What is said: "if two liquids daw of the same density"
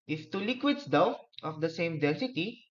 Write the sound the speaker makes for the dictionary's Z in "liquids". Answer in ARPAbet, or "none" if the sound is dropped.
S